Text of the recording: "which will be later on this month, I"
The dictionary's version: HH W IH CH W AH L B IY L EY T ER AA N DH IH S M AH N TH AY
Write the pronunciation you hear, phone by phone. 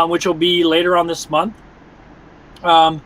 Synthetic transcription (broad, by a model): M W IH CH W AH L B IY L EY T ER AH N DH IH S M AH N TH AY